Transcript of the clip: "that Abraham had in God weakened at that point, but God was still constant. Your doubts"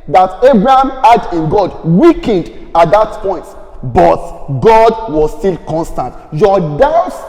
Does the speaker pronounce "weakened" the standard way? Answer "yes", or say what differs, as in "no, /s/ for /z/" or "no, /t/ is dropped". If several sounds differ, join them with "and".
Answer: yes